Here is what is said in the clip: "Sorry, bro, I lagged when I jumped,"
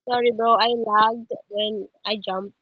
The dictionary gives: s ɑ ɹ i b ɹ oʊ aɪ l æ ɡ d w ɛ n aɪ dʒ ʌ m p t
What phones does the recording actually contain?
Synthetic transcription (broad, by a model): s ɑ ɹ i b oʊ aɪ l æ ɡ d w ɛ n aɪ dʒ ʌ m p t